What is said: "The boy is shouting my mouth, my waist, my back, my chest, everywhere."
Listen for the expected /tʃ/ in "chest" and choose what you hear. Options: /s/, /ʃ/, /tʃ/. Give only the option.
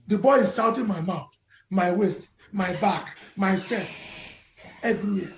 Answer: /s/